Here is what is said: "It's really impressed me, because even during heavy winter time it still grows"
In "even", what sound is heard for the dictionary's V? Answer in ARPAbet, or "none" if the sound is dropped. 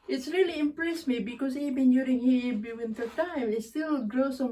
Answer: B